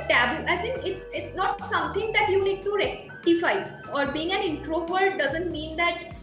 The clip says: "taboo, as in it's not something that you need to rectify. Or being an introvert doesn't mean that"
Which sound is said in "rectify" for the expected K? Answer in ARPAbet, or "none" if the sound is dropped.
none